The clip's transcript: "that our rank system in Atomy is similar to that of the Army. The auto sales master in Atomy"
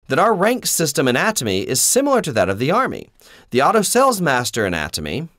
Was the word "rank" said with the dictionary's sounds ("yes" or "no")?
yes